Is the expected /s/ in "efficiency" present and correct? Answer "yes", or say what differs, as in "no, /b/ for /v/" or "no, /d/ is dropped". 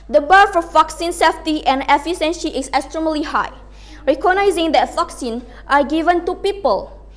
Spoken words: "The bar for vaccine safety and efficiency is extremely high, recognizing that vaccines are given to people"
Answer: no, /ʃ/ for /s/